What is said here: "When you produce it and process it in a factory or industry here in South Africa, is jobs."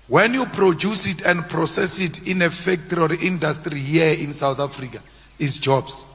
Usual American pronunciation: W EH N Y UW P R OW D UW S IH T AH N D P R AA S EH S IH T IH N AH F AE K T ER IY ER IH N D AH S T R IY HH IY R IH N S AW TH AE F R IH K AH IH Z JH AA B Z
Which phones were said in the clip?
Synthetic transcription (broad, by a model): W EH N Y UW P R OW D UW S IH T AH N D P R AA S EH S IH T IH N AH F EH K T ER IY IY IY N D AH S T R IY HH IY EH IH N S AW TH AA F R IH K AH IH S JH AA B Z